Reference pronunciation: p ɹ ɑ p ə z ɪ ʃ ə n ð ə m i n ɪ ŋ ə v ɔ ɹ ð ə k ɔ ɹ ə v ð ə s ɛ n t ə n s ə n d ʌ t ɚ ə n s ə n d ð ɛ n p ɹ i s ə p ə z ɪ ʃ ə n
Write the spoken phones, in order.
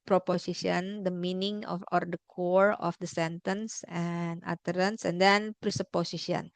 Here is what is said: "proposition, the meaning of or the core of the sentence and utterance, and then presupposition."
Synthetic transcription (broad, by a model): p ɹ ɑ p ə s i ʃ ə n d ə m i n ɪ ŋ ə f ɔ ɹ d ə k ɔ ɹ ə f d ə s ɛ n t ə n s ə n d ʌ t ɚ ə n s ə n d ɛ n p ɹ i s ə p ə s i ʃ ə n